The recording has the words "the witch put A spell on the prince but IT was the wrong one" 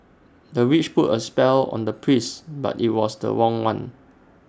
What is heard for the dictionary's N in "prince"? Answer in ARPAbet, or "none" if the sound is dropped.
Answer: none